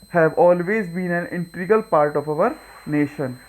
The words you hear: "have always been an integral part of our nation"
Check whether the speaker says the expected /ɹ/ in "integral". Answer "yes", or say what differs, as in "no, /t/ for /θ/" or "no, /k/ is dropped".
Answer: no, /ɹ/ is dropped